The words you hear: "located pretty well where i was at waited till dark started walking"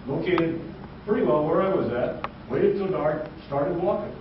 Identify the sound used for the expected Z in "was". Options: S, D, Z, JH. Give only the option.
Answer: Z